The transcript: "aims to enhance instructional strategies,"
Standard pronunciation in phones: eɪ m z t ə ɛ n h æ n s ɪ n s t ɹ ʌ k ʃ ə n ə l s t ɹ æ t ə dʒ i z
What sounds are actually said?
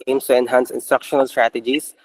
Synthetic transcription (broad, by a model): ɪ m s t ə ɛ n h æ n s ɪ n s t ɹ ʌ k ʃ ə n ə l s t ɹ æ t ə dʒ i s